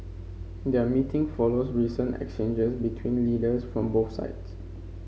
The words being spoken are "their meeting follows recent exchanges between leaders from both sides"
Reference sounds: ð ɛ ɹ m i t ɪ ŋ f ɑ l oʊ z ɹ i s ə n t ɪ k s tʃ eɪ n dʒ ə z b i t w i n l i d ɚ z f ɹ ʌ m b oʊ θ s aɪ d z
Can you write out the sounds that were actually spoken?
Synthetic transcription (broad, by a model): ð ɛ m i t ɪ ŋ f ɑ l oʊ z ɹ i s ə n t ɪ k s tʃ eɪ n dʒ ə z b i t w i n l i d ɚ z f ɹ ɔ m b oʊ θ s aɪ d s